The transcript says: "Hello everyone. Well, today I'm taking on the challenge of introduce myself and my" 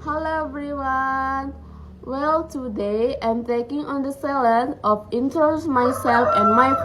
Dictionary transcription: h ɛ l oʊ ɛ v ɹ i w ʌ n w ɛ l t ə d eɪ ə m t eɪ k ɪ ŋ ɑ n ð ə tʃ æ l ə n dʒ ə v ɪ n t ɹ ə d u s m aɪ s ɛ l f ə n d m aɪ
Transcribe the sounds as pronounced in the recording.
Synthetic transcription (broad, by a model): h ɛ l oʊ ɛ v ɹ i w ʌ n w ɛ l t ə d eɪ ə m t eɪ k ɪ ŋ ɑ n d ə s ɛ l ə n ə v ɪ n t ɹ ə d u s m aɪ s ɛ l f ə n m aɪ